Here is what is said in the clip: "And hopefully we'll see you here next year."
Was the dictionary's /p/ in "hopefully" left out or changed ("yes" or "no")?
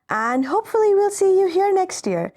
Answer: no